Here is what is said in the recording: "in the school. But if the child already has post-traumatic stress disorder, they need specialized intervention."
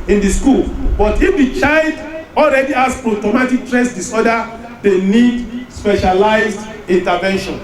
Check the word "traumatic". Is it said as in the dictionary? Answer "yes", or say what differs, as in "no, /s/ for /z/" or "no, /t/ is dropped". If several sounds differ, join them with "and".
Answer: no, /ɹ/ is dropped